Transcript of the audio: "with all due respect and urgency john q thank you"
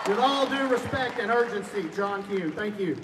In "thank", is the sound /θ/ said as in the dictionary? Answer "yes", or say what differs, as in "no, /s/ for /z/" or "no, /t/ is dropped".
yes